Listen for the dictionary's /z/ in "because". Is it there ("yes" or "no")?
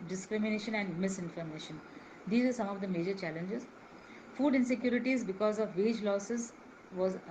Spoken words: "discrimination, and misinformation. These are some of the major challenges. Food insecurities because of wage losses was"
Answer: yes